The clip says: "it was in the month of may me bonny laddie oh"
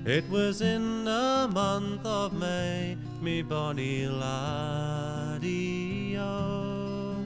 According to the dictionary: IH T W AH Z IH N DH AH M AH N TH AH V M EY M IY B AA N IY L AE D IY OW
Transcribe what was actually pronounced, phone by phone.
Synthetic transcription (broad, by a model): IH T W AH Z IH N DH AH M AH N TH AH V M EY M IY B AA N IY L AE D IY OW